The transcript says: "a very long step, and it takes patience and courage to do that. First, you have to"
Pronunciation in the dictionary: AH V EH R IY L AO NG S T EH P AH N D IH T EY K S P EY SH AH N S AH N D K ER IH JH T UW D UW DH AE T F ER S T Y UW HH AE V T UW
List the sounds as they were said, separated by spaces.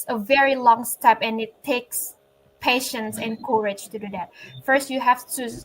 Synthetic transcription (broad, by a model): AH V EH R IY L AO NG S T EH P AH N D IH T EY K S P EY SH AH N S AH N K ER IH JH T UW D UW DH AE T F ER S T Y UW HH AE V T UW